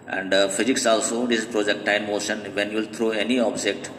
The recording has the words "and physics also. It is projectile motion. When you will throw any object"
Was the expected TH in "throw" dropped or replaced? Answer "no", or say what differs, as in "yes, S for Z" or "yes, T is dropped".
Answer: yes, T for TH